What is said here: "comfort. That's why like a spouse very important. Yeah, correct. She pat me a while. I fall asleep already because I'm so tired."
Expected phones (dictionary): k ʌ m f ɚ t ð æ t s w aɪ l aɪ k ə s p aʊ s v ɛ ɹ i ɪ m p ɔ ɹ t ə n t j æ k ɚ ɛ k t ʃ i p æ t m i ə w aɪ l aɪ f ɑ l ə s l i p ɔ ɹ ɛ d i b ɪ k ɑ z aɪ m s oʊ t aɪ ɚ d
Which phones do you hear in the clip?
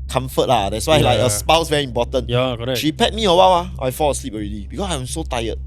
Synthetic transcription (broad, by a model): k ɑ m f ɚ t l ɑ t s w aɪ l aɪ k ə s p aʊ s v ɛ ɹ i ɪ m p ɔ t ə n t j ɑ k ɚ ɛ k ʃ i p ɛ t m i ə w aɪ w aɪ f ɑ l ə s l i p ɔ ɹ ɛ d i b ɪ k ɑ s aɪ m s oʊ t aɪ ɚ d